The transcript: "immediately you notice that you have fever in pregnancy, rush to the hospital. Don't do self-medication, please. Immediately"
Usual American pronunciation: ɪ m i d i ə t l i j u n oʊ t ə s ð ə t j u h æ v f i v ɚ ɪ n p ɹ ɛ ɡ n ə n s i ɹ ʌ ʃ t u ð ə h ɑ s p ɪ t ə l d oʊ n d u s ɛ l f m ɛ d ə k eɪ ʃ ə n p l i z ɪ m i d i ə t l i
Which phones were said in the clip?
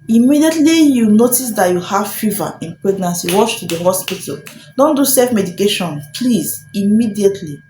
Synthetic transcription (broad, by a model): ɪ m i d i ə t l i j u n oʊ t ə s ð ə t j u h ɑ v f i v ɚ ɪ n p ɹ ɛ ɡ n ə n s i w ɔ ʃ t u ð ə h ɑ s p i t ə l d oʊ n d u s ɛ f m ɛ d ə k eɪ ʃ ə n p l i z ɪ m i d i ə t l i